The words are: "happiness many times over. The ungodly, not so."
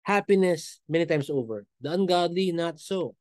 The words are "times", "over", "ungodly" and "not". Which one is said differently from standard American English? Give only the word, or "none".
times